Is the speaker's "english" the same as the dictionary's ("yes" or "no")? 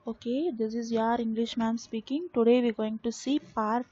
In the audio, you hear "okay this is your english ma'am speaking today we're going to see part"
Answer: yes